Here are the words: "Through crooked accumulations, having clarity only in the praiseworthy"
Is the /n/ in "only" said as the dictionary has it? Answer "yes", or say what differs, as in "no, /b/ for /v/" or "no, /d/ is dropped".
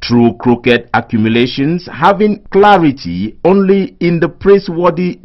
yes